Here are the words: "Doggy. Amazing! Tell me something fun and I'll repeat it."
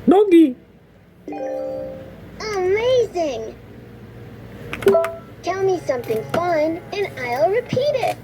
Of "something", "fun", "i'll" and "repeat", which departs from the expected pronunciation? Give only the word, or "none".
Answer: none